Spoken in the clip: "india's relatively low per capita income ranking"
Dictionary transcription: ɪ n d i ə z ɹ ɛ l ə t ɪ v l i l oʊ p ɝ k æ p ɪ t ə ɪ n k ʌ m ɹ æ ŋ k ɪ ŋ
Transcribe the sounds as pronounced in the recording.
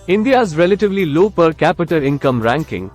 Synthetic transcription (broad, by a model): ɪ n d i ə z ɹ ɛ l ə t ɪ v l i l oʊ p ɝ k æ p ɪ t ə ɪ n k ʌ m ɹ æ ŋ k ɪ ŋ